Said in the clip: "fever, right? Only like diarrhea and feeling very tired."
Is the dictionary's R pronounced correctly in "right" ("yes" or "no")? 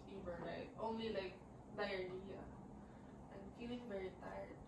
no